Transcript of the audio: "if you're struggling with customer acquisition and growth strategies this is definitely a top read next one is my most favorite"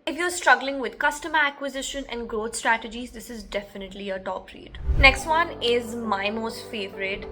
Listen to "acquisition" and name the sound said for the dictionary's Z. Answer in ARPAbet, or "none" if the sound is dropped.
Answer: Z